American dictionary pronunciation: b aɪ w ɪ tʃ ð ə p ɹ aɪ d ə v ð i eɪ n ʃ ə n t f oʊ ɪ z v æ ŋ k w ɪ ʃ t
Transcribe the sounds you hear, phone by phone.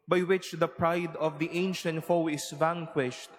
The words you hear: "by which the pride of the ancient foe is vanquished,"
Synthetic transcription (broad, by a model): b aɪ w ɪ tʃ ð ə p ɹ aɪ d ə v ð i eɪ n ʃ ə n t f oʊ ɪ s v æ ŋ k w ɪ ʃ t